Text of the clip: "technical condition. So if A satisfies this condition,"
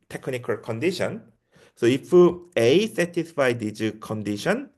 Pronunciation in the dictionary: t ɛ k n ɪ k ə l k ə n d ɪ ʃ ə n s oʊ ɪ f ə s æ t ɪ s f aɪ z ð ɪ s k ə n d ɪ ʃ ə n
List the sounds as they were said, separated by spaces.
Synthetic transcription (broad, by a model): t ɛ k n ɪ k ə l k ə n d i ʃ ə n s oʊ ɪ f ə s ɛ t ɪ s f aɪ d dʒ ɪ k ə n d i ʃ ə n